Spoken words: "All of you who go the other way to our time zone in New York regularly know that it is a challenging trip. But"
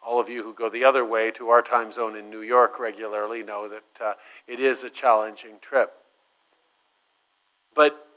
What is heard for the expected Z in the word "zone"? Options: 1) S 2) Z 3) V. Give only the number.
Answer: 2